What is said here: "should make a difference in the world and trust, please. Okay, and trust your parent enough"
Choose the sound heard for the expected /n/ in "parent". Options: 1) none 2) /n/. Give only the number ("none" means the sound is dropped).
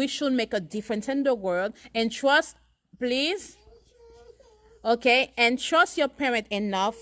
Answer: 1